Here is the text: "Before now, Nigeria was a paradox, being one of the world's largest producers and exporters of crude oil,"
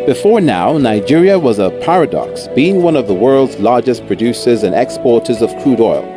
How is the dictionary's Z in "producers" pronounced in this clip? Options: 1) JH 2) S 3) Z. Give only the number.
3